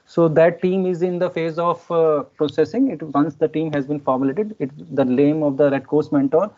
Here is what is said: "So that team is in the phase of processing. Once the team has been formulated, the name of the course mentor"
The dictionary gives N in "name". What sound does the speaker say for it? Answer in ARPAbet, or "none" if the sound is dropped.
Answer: L